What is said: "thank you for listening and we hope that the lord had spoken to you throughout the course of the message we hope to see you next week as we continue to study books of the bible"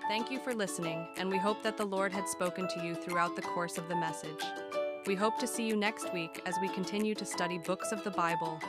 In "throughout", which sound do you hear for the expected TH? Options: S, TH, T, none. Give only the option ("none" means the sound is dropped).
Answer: TH